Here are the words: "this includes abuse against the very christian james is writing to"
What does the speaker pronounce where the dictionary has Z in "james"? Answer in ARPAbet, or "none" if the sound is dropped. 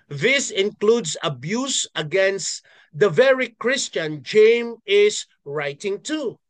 none